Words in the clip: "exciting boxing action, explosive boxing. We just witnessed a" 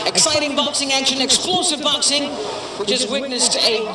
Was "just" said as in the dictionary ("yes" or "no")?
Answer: no